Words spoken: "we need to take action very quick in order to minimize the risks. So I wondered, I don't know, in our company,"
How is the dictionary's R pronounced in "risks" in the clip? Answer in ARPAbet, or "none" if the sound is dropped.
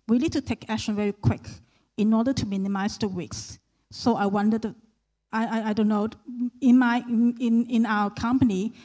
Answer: W